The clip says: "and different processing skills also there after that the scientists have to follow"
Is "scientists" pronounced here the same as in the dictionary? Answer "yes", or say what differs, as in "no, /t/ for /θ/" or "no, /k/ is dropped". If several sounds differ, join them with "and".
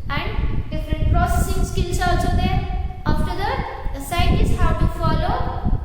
no, /n/ is dropped